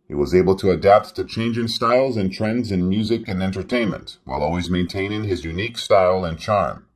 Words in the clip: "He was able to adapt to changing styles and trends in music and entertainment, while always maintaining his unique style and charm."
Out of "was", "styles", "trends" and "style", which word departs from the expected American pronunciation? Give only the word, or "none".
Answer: none